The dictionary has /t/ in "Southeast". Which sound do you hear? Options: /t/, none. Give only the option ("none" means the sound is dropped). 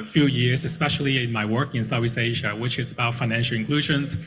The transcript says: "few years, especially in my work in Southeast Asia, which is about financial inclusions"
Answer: none